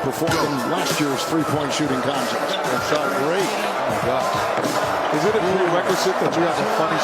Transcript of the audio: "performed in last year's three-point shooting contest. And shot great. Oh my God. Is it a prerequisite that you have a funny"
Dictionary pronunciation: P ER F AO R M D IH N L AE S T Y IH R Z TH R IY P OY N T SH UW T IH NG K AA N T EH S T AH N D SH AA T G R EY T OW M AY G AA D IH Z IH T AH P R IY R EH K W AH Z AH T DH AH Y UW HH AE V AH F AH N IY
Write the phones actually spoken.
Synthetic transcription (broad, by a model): P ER F AO R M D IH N L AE S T Y IH R Z TH R IY P OY N T SH UW T IH NG K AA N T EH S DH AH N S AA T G R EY IH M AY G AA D IH Z IH T AH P IY R EH K W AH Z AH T DH AH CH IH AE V AH F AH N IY